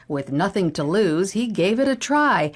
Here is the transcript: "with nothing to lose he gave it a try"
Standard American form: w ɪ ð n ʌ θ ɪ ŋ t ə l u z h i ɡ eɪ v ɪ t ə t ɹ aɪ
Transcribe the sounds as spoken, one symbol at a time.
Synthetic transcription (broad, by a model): w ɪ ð n ʌ θ ɪ ŋ t ə l u z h i ɡ eɪ v ɪ t ə t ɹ aɪ